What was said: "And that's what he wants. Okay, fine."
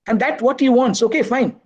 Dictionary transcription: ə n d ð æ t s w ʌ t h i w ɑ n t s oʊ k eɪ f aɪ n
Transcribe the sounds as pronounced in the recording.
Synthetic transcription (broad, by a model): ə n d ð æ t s w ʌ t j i w ɑ n t s oʊ k eɪ f aɪ n